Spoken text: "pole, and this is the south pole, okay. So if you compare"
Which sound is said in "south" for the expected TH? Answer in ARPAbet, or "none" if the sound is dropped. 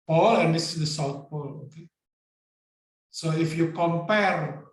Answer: T